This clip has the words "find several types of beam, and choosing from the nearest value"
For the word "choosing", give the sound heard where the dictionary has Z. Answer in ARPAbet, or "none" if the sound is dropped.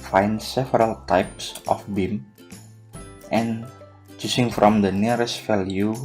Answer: S